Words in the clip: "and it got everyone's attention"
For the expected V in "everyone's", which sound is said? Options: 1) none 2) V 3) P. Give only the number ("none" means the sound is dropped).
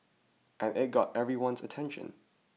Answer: 2